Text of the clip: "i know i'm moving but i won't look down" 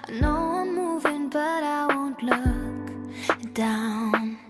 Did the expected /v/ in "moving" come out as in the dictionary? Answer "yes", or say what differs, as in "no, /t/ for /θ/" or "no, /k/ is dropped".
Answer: yes